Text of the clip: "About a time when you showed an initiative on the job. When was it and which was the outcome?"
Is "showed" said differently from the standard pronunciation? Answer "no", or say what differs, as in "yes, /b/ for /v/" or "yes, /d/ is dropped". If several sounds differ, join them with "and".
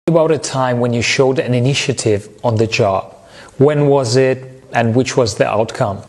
no